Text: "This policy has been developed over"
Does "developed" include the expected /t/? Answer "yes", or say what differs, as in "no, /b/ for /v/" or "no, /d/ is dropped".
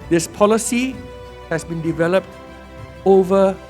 yes